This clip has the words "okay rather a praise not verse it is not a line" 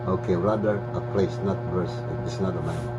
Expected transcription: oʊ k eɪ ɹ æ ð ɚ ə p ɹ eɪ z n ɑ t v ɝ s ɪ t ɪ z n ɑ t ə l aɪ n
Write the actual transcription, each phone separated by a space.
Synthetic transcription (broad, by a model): oʊ k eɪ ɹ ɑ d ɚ ə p l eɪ s n ɑ t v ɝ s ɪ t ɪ s n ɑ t ə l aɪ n